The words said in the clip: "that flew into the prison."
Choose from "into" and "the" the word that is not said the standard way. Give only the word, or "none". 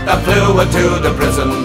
into